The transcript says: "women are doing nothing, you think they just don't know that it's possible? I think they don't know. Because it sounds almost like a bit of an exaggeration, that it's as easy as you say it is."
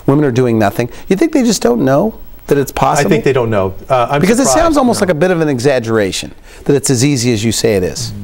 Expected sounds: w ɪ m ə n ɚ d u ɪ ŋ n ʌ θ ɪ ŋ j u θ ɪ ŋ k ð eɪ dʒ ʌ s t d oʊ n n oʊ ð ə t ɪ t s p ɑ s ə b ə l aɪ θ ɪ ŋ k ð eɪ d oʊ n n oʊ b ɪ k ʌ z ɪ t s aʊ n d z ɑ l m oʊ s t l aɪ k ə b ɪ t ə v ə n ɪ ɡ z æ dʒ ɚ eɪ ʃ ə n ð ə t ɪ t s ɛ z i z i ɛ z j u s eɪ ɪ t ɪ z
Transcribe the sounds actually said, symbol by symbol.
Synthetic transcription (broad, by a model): w ɪ m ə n ɚ d u ɪ ŋ n ʌ θ ɪ ŋ j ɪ θ ɪ ŋ k ð eɪ dʒ ʌ s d oʊ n n oʊ ð ə t ɪ t s p ɑ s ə ə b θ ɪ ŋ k ð eɪ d oʊ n n oʊ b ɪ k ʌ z ɪ t s aʊ n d z ɑ l m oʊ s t l aɪ k ə b ɪ t ə v ə n ɪ ɡ z æ dʒ ɚ eɪ ʃ ə n ð ə t ɪ t s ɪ z i z i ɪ z j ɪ s eɪ ɪ t ɪ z